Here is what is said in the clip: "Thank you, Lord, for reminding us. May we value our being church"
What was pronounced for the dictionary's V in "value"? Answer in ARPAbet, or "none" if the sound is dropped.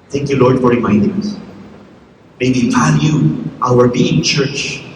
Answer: F